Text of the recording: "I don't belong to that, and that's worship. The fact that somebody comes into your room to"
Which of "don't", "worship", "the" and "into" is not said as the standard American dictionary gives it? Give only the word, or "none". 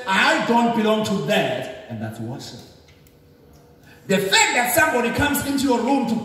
worship